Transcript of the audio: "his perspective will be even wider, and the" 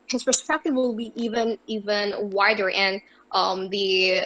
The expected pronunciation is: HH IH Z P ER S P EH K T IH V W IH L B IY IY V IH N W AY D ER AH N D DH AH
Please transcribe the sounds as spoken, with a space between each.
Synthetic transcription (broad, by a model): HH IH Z P ER S P EH K T IH V W IH L B IY IY V IH N W AY D ER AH N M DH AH